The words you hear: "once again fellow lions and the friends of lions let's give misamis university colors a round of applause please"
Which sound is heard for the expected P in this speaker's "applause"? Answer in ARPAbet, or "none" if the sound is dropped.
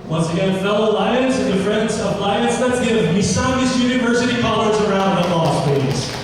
none